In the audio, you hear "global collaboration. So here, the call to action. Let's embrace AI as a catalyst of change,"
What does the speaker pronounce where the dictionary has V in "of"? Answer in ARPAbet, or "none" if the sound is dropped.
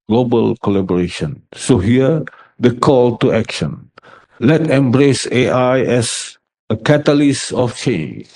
F